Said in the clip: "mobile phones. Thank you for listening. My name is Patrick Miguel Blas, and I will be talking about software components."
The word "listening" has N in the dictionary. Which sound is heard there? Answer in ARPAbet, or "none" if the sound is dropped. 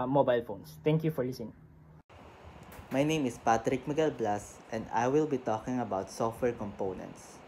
none